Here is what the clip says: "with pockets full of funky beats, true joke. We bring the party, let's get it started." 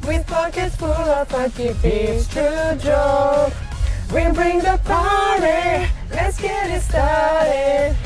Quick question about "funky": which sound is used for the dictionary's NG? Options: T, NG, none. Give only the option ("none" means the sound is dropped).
none